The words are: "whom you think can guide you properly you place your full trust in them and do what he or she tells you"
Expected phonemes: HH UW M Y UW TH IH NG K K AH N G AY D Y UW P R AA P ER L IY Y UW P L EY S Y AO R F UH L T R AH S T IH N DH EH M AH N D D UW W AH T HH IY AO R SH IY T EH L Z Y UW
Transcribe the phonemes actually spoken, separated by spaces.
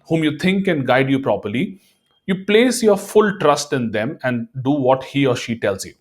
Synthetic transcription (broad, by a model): HH UW M Y UW T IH NG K K AH N G AY D Y UW P R AA P ER L IY Y UW P L EY S Y AO R F UH L T R AH S T IH N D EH M AH N D D UW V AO T HH IY AO R SH IY T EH L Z Y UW